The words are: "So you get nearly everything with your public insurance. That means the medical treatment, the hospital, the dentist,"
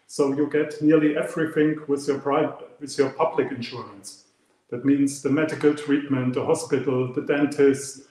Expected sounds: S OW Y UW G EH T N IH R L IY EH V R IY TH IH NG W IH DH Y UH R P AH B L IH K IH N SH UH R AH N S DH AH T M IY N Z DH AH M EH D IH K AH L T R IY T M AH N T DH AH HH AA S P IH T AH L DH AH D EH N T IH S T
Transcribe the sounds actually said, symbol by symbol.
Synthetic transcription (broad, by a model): S OW Y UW G EH T N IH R L IY EH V R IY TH IH NG W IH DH Y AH R P AH B L IH K IH N SH UH R AH N S DH AH T M IY N Z DH AH M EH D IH K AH L T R IY T M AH N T DH AH HH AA S P IH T L DH AH D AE N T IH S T